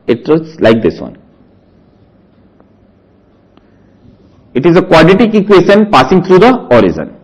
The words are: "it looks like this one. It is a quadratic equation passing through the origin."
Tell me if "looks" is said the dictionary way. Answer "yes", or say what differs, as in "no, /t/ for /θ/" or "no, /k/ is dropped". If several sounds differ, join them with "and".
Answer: no, /k/ is dropped